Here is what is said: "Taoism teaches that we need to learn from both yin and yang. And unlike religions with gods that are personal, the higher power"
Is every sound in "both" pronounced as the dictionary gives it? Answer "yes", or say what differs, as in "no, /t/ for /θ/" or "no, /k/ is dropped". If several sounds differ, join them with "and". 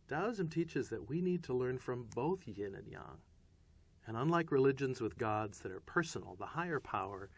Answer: yes